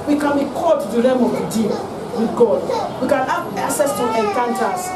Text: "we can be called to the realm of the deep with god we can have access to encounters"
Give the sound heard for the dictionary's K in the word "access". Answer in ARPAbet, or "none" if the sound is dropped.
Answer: none